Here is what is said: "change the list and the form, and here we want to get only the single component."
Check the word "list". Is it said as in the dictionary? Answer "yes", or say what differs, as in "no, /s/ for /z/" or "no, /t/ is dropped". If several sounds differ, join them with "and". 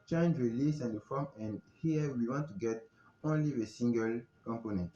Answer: no, /t/ is dropped